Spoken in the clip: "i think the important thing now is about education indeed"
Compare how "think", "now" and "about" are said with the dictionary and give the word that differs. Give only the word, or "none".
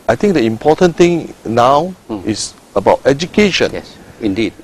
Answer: think